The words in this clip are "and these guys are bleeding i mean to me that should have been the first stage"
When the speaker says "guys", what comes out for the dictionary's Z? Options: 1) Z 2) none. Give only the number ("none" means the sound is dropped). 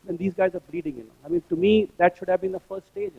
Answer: 1